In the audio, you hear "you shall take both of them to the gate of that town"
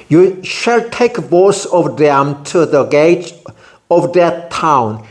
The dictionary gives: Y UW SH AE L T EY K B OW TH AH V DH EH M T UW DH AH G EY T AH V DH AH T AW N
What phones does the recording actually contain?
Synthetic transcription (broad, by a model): Y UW SH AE L T EY K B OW S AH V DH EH M T UW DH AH G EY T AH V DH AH T AW N